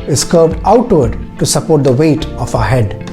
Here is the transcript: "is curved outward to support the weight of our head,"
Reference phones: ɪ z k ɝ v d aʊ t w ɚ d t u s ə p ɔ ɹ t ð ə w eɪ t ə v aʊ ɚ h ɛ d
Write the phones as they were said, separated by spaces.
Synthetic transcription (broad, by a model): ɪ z k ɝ b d aʊ t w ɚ d t u s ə p ɔ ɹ t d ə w eɪ t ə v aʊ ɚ h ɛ d